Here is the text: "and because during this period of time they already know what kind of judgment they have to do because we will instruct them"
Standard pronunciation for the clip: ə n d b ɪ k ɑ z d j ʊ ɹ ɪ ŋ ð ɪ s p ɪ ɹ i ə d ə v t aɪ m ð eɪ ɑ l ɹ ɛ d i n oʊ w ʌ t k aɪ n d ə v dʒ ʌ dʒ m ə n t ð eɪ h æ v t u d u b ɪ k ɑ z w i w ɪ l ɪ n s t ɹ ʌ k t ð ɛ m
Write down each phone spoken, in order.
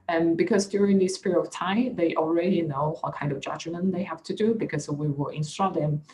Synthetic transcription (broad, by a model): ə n b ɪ k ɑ s d j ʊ ɹ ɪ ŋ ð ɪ s p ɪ ɹ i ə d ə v t aɪ m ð eɪ ɑ l ɹ ɛ d i n oʊ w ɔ t k aɪ n d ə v dʒ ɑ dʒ m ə n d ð eɪ h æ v t u d u b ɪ k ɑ s w i w ɪ l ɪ n s t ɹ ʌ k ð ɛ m